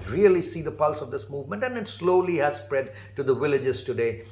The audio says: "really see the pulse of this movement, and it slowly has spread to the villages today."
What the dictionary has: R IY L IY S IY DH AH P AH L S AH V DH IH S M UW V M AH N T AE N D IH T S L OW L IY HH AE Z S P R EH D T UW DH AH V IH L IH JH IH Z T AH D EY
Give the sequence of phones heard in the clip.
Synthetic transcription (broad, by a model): R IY L IY S IY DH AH P AH L S AH V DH IH S M UW V M AH N T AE N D IH T S L OW L IY HH AE Z S P R EH D T UW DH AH V IH L IH JH IH Z T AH D EY